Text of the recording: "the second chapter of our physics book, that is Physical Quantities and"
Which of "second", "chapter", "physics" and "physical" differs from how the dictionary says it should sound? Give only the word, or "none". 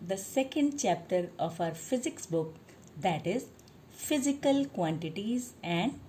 none